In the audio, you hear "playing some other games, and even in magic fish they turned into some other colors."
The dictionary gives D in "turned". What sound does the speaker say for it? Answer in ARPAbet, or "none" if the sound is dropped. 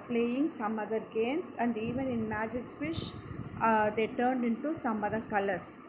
D